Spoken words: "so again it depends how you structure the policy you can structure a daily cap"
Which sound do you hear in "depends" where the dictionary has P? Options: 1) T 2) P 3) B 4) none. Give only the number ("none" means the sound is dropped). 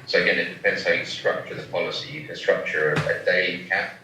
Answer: 2